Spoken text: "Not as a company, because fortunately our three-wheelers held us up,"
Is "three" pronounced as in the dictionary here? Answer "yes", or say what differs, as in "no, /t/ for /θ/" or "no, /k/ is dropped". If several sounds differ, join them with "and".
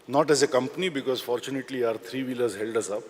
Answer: no, /t/ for /θ/